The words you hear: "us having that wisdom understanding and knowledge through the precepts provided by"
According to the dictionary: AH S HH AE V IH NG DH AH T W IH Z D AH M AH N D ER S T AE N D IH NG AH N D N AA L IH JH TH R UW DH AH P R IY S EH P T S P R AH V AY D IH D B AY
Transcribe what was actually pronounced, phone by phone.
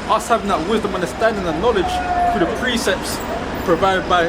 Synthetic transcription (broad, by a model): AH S HH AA V IH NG DH AH T W IH Z D AH M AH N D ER S T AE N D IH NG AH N N AA L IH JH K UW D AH P R IY S EH P T S P R AH V AY D IH D B AY